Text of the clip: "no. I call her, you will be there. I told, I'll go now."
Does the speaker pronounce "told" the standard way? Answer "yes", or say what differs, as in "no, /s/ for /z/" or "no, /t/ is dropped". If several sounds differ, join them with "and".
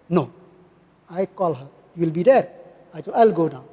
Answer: no, /d/ is dropped